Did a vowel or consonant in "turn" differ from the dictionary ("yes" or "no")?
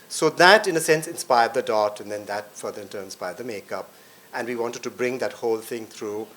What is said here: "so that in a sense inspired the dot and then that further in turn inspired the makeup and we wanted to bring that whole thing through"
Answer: yes